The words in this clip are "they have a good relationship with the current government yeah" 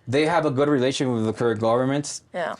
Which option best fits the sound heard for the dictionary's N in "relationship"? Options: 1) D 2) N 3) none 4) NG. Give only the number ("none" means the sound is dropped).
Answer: 3